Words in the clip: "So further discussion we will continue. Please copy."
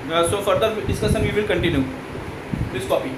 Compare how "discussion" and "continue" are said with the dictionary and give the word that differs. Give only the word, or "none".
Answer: discussion